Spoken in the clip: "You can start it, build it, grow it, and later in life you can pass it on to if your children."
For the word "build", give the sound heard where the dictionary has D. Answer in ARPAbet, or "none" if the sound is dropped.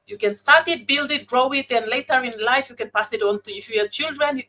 D